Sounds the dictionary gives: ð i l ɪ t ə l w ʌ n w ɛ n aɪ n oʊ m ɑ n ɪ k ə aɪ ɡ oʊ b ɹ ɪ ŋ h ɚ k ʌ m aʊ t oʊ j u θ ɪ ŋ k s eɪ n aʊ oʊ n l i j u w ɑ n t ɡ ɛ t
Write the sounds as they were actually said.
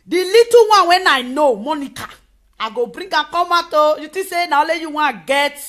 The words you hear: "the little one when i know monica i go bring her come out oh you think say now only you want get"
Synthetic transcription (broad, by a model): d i l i t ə w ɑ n w ɛ n aɪ n oʊ m ɑ n ɪ k ə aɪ ɡ oʊ b ɹ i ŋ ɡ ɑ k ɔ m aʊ t oʊ j u t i s eɪ n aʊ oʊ l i j u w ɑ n ɡ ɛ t